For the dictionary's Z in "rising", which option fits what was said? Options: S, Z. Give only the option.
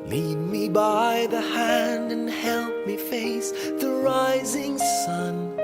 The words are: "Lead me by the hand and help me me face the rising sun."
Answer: Z